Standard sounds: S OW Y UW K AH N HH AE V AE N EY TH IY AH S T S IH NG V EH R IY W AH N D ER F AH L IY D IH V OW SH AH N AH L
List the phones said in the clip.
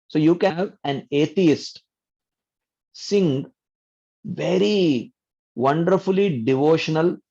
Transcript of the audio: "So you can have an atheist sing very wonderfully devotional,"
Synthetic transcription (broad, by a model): S OW Y UW K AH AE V AE N EY T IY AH S T S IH NG V EH R IY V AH N D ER F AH L IY D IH V OW SH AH N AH L